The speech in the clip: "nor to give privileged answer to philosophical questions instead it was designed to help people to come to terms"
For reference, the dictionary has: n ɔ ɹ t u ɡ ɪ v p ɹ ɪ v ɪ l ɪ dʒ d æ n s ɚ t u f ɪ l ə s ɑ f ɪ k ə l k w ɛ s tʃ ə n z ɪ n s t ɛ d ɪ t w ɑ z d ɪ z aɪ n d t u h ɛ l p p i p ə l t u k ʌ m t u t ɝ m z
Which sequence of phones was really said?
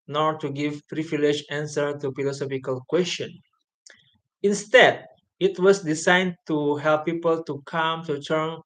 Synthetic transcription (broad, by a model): n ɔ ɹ t u ɡ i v p ɹ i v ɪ l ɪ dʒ æ n s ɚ t u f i l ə s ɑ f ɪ k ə l k w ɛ s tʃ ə n ɪ n s t ɛ d ɪ t w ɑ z d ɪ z aɪ n t u h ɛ l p p i p ə l t u k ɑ m t u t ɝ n